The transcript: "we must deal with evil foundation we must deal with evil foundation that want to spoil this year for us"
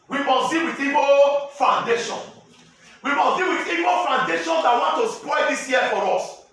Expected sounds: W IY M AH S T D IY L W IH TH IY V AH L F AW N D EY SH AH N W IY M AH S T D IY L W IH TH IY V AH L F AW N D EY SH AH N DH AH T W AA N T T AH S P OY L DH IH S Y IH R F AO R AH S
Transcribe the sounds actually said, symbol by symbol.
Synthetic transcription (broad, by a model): W IY M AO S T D IY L W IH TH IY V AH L F AW N D EY SH AH N W IY M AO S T D IY L W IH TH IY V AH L F AW N D EY SH AH N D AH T W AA N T T AH S P OY L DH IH S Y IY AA F AO R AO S